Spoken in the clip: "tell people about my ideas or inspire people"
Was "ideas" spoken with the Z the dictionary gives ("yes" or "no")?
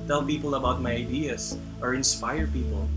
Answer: no